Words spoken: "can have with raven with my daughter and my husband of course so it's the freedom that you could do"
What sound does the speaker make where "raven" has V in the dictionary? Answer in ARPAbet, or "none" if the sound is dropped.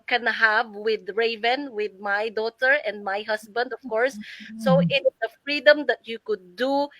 V